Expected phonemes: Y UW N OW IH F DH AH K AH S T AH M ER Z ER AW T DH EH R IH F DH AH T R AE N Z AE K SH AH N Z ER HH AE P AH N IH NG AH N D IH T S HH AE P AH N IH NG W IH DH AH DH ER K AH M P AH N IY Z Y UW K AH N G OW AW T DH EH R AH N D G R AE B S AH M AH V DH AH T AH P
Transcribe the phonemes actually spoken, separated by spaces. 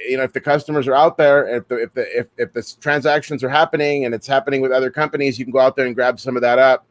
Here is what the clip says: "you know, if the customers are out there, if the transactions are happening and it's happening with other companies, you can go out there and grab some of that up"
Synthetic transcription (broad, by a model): Y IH N OW IH F DH AH K AH S T AH M ER Z ER AW T DH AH R IH F DH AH T R AE N Z AE K SH AH N Z ER HH AE P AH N IH NG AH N IH T S HH AE P AH N IH NG W IH DH AH DH ER K AH M P AH N IY Z Y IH K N G OW AW T DH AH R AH N G R AE B S AH M AH V DH AH T AH P